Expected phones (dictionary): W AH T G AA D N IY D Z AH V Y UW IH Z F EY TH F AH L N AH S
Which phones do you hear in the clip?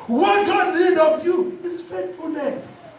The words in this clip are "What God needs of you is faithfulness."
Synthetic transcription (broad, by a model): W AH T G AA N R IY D AH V Y UW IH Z F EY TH F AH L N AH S